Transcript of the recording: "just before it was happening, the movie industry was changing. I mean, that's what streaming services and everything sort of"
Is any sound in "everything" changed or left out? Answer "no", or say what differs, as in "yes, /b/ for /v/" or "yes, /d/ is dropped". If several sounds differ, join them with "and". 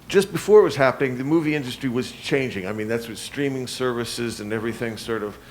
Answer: no